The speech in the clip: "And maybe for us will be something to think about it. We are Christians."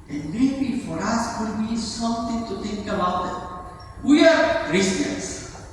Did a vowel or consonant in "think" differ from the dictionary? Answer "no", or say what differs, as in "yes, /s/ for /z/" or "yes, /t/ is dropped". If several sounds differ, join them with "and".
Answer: yes, /t/ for /θ/